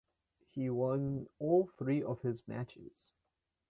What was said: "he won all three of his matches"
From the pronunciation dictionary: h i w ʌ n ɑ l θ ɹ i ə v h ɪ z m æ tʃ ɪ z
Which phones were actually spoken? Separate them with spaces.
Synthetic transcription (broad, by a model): h i w ʌ n ɑ l θ ɹ i ə v h ɪ z m æ tʃ ɪ z